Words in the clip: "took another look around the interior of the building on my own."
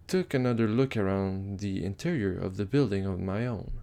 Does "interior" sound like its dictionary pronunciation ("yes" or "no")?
yes